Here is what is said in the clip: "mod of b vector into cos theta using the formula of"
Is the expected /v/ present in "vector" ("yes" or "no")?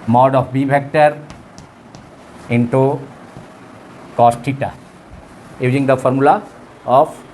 no